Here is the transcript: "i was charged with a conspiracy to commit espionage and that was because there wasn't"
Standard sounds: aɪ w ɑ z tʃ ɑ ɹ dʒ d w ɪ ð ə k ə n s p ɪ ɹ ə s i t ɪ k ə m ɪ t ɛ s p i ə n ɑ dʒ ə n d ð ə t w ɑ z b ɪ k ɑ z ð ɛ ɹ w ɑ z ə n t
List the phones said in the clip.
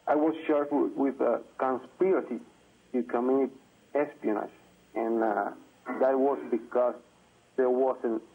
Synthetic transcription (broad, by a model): aɪ w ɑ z ʃ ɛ ɹ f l w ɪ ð ə k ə n s p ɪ ɹ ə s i t ɪ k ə m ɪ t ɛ s p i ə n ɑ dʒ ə n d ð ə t w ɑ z b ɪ k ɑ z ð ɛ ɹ w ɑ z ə n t